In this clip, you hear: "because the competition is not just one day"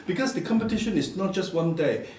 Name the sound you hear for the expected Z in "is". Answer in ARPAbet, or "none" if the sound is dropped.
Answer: S